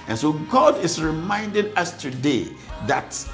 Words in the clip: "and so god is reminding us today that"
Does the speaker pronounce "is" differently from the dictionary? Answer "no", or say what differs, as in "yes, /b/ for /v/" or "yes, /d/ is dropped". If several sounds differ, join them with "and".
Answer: yes, /s/ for /z/